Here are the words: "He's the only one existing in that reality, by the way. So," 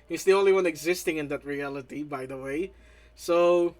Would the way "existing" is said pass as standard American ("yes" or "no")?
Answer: yes